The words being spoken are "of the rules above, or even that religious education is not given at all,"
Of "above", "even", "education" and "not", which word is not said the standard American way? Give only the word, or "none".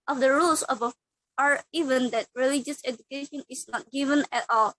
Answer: above